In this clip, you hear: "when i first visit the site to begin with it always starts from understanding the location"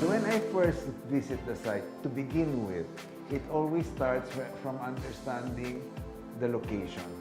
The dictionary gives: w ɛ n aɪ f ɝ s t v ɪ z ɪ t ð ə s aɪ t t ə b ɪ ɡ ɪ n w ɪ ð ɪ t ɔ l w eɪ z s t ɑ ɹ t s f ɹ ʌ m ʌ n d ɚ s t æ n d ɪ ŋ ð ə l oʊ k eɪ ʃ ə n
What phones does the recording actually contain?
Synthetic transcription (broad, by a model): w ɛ n aɪ f ɝ s t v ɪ s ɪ t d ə s aɪ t t ə b ɪ ɡ ɪ n w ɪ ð ɪ t ɔ l w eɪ s t ɑ ɹ t s f ɹ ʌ m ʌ n d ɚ s t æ n d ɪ ŋ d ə l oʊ k eɪ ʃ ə n